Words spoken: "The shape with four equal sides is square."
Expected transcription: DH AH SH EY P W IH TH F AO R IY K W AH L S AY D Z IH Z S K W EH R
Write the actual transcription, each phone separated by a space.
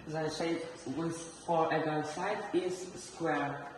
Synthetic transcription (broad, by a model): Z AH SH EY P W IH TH F AO R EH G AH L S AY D IH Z S K W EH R